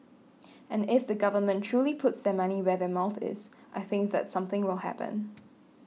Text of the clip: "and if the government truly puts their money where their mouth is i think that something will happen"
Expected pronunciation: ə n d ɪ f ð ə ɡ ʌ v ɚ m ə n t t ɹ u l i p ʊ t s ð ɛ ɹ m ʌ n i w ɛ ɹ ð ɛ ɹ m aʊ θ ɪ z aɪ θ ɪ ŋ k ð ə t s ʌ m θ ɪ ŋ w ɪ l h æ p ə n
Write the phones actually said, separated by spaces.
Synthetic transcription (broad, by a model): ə n ɪ f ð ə ɡ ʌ v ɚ m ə n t t ɹ u l i p ʊ t s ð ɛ m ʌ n i w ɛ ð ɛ m aʊ θ ɪ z aɪ θ ɪ ŋ k ð ə t s ʌ m θ ɪ ŋ w ɪ l h æ p ə n